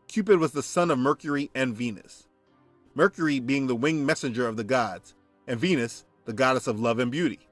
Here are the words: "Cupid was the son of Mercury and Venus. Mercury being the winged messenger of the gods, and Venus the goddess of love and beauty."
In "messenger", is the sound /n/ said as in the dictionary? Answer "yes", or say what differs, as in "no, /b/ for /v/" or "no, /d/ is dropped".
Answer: yes